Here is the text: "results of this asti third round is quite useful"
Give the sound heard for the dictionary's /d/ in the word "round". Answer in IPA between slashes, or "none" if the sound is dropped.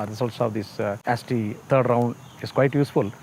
/d/